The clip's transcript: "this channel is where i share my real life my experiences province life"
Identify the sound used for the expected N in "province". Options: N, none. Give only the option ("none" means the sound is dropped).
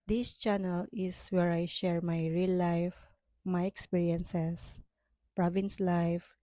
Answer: N